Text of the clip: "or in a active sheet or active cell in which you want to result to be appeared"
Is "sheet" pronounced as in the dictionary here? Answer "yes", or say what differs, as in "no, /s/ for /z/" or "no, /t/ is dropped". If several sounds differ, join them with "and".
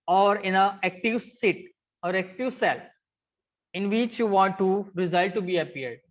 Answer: no, /s/ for /ʃ/